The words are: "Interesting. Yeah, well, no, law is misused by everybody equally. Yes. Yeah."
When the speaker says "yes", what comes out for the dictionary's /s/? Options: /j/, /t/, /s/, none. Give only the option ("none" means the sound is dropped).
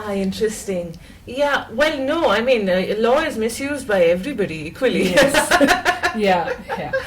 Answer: none